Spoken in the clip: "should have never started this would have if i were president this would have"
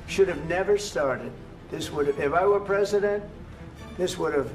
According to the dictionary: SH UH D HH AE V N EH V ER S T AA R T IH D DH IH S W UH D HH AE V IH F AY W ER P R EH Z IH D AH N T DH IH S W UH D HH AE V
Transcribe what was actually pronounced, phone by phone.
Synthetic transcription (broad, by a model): SH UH D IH V N EH V ER S T AA R T IH D DH IH S W UH D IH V IH F AY W ER P R EH Z IH D AH N T DH IH S W UH D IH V